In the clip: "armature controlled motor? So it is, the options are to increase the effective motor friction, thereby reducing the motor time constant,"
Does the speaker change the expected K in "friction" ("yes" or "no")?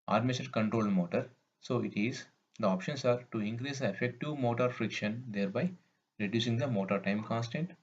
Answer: no